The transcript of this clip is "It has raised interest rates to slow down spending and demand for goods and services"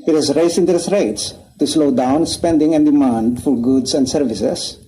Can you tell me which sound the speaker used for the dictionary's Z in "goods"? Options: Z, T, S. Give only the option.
S